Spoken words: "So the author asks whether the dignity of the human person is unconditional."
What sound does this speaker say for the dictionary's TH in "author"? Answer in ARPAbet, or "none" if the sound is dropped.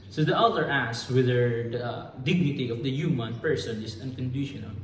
T